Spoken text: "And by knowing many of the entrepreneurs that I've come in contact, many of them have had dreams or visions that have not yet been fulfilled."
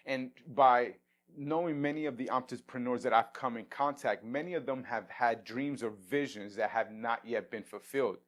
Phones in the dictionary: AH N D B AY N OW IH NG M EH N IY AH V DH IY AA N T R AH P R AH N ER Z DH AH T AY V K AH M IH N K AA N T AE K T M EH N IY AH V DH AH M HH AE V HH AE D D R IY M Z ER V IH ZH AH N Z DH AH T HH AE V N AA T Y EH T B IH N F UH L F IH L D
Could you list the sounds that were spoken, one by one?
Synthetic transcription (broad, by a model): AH N B AY N OW IH NG M EH N IY AH V DH IY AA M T AH P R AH N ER Z DH AH T AY V K AH M IH N K AA N T AE K T M EH N IY AH V DH AH M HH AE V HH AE D D R IY M Z ER V IH ZH AH N Z DH AH T HH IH V N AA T Y EH T B IH N F L F IH L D